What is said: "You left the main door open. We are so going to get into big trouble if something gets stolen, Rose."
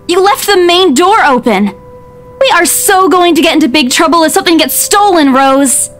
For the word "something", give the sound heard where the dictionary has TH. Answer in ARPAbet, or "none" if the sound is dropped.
TH